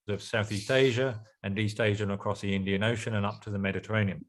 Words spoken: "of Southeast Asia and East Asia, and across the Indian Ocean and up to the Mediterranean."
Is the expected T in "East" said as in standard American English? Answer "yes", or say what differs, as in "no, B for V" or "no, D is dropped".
yes